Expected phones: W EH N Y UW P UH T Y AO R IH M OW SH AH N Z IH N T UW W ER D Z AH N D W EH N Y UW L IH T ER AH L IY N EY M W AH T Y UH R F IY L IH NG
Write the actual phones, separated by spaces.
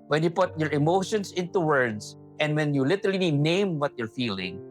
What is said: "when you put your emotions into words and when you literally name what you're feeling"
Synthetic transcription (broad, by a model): W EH N Y UW P UH T Y AO R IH M OW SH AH N S IH N T UW W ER D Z AH N D W EH N Y UW L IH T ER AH L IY N EY M W AH T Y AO R F IY L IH NG